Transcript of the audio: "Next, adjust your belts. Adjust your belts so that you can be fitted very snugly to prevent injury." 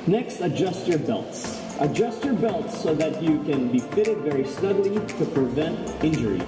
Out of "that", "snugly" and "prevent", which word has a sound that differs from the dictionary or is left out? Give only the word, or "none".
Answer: snugly